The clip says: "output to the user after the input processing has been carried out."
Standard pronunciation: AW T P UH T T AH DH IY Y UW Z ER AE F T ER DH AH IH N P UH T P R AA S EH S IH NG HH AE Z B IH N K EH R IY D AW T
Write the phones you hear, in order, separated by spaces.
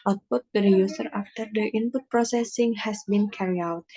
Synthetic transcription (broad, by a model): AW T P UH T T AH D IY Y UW S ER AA F T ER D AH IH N P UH T P R AA S EH S IH NG HH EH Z B IH N K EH R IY AW T